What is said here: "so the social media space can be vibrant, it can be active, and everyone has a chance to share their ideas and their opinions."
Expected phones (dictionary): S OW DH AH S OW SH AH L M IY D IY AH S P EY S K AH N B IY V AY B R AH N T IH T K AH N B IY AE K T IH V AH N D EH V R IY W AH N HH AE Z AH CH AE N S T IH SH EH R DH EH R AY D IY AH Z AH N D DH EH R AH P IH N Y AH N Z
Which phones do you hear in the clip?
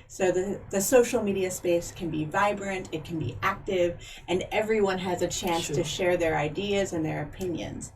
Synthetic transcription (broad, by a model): S OW DH AH S OW SH L M IY D IY AH S P EY S K AH N B IY V AY B R AH N T IH T K N B IY AE K T IH V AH N EH V R IY W AH N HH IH Z AH CH AE N S T IH SH EH R DH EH R AY D IY AH Z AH N DH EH R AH P IH N Y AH N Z